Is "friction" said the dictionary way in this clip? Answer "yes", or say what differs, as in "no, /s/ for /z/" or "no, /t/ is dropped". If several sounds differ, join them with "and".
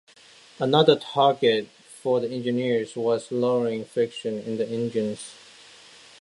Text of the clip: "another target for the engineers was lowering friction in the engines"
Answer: no, /ɹ/ is dropped